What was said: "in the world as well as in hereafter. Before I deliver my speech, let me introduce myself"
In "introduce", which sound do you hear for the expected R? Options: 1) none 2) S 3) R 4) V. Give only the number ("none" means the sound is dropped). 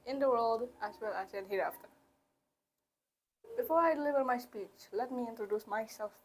3